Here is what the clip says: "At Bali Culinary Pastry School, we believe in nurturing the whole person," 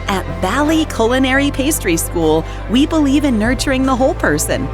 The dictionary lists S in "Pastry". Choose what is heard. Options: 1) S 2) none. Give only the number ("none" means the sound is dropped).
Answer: 1